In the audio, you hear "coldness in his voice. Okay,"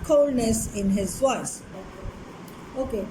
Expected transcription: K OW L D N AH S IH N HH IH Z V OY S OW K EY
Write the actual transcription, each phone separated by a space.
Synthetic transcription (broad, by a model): K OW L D N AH S IH N HH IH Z W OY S OW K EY